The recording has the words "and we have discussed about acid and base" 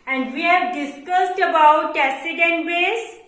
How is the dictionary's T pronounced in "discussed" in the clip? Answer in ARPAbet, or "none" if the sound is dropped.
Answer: T